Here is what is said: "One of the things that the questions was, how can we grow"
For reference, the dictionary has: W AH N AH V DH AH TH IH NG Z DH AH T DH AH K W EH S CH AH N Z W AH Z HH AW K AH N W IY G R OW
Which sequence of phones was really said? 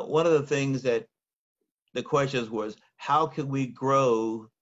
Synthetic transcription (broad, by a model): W AH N AH V DH AH TH IH NG Z DH AH T DH AH K W EH S CH AH N Z W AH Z HH AW K AH N W IY G R OW